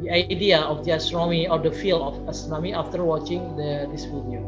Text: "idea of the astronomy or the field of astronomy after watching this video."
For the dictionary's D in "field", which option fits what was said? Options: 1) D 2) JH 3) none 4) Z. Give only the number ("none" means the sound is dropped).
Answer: 3